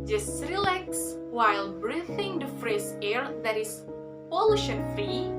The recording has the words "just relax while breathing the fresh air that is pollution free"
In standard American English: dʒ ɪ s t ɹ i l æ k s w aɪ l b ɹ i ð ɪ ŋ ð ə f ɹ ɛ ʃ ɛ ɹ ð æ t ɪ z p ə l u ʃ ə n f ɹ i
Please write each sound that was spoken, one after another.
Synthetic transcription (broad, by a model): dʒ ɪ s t ɹ i l æ k s w aɪ l b ɹ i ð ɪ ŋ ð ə f ɹ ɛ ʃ ɛ ɹ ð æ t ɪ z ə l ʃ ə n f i